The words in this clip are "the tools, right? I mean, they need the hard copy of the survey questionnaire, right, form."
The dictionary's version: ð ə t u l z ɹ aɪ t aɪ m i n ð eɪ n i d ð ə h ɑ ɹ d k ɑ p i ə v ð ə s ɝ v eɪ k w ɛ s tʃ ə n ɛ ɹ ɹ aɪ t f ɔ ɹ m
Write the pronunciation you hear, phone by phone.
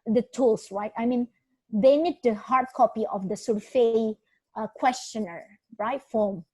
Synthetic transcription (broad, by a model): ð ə t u l s ɹ aɪ t aɪ m i n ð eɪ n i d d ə h ɑ ɹ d k ɑ p i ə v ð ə s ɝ f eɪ k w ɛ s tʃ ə n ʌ ɹ ɹ aɪ t f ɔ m